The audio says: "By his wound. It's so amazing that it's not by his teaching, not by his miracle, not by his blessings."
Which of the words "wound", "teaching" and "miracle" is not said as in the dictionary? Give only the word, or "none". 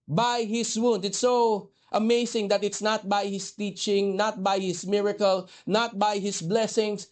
none